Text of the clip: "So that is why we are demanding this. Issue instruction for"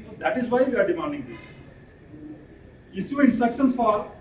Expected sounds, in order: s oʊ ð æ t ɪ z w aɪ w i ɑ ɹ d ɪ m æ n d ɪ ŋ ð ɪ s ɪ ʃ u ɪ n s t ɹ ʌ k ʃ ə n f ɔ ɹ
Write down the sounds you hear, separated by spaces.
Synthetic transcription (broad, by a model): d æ t ɪ z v aɪ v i ɑ ɹ d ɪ m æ n d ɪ ŋ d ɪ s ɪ s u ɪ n t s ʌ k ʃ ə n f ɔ ɹ